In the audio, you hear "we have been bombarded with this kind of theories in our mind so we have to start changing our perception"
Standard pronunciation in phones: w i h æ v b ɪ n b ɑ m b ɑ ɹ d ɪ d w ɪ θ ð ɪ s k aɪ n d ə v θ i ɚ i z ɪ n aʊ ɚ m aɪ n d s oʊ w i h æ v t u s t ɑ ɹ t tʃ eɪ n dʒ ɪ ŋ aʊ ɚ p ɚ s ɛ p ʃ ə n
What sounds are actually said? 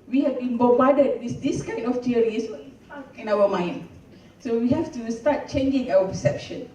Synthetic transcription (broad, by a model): w i h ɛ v b ɪ n b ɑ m b ɑ d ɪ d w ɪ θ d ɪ s k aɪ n ə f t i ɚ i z ɪ n aʊ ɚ m aɪ n d s oʊ w i h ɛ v t u s t ɑ t tʃ eɪ n dʒ ɪ ŋ aʊ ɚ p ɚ s ɛ p ʃ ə n